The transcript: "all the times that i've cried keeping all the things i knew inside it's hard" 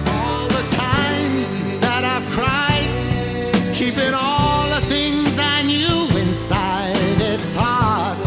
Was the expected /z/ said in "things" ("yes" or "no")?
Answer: yes